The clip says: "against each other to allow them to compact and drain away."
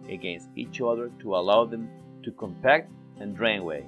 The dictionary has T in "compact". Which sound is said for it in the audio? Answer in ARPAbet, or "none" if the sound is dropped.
T